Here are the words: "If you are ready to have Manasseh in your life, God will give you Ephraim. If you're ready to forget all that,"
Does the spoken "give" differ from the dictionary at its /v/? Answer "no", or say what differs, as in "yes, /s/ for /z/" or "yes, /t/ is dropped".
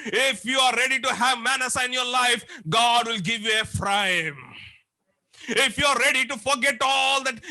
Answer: no